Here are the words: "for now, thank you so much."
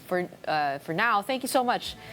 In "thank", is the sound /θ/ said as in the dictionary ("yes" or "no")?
yes